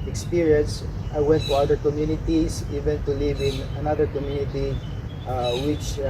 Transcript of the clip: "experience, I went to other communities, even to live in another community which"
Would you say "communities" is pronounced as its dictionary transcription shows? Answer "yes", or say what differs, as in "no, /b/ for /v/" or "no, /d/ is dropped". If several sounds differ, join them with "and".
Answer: no, /s/ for /z/